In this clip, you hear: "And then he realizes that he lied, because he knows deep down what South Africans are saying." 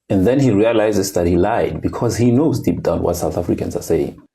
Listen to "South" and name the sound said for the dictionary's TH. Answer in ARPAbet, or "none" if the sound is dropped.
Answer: TH